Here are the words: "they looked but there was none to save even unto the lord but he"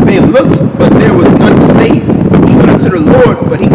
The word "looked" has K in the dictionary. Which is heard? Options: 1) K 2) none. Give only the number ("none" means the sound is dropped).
1